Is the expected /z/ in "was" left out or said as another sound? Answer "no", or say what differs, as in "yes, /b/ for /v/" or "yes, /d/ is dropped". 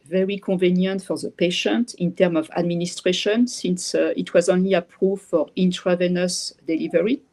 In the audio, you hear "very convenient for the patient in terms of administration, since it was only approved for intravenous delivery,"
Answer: no